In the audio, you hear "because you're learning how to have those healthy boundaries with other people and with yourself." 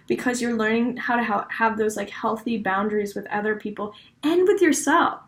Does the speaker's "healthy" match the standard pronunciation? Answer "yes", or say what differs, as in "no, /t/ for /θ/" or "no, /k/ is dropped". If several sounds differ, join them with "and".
yes